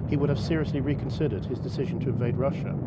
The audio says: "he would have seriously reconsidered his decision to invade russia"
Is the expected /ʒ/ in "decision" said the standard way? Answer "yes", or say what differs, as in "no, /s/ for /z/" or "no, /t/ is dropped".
yes